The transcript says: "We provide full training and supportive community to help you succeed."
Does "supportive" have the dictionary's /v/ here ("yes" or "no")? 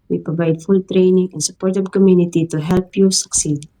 no